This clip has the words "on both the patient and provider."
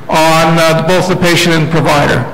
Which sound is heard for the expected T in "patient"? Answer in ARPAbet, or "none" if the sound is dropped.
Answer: none